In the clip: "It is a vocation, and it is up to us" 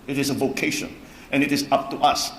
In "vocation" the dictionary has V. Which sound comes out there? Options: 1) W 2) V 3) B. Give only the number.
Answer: 2